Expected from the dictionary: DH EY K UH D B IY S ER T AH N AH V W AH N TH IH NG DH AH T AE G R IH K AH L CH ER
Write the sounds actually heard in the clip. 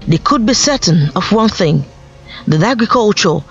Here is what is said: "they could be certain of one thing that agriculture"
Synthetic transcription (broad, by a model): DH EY K UH D B IY S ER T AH N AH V W AH N TH IH NG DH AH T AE G R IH K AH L CH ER